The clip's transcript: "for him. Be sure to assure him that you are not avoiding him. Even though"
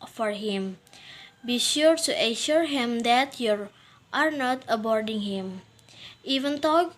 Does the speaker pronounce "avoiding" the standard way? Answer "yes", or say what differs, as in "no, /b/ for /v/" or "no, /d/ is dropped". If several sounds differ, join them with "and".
no, /b/ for /v/